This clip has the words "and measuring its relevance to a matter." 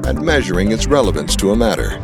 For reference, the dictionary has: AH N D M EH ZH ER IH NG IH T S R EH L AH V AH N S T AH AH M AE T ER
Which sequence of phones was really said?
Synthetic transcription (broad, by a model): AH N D M EH ZH ER IH NG IH T S R EH L AH V AH N S T AH AH M AE T ER